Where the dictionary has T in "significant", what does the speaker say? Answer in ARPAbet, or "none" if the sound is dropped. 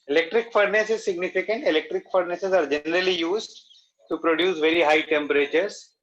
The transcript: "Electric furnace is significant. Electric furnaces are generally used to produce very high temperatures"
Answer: T